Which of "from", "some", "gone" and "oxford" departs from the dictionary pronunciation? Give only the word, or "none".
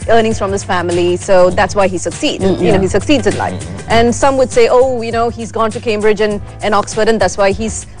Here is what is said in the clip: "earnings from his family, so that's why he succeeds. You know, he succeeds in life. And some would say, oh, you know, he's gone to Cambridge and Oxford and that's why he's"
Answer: none